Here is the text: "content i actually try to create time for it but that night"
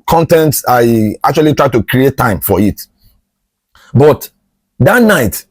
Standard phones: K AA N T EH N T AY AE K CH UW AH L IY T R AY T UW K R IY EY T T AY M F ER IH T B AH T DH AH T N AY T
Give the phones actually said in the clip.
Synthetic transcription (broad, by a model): K AA N T EH N T AY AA K CH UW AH L IY T R AY T UW K R IY EY T T AY M F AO IH T B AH T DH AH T N AY T